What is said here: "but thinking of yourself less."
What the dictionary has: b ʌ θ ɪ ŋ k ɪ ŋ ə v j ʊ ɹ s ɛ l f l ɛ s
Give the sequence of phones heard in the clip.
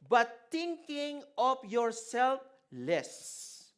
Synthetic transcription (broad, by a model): b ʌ t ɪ ŋ k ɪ ŋ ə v j ʊ ɹ s ɛ l f l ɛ s